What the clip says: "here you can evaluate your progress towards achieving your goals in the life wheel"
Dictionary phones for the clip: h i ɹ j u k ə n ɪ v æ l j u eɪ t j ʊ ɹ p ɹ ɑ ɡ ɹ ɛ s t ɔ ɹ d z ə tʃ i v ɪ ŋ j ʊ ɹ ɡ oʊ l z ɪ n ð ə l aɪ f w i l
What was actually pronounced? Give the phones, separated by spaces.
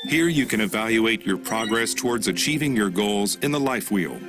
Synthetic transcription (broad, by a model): h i ɹ j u k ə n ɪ v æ l j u eɪ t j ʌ ɹ p ɹ ɑ ɡ ɹ ɛ s t ɔ ɹ d z ə tʃ i v ɪ ŋ j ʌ ɹ ɡ oʊ l z ɪ n ð ə l aɪ f w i l